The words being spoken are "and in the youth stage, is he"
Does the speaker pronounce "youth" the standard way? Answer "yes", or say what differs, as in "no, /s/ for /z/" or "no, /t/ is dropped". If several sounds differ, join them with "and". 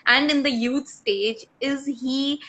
no, /t/ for /θ/